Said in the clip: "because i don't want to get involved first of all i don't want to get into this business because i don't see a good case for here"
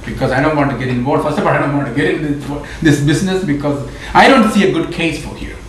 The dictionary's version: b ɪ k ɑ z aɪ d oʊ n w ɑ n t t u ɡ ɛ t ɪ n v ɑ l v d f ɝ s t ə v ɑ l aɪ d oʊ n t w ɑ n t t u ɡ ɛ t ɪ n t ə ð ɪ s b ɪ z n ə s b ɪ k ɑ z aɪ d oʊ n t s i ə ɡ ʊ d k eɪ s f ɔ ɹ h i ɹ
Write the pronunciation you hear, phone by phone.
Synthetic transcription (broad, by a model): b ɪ k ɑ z aɪ d oʊ n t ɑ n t t u ɡ ɛ t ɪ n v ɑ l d f ɝ s t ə f ɑ l aɪ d oʊ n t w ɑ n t t u ɡ ɛ t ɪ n s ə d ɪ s b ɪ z n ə s b ɪ k ɑ z aɪ d oʊ n t s i ə ɡ ʊ d k eɪ s f ɔ ɹ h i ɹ